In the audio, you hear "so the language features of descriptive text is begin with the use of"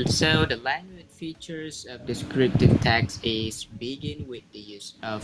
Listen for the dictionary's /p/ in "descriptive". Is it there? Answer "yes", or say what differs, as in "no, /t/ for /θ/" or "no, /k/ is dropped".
yes